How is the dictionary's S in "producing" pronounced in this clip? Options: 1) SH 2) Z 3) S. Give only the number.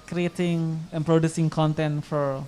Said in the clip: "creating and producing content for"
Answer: 3